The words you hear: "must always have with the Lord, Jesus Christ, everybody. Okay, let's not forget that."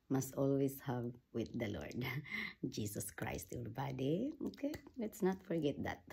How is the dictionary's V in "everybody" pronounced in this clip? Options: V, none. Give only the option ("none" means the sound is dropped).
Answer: none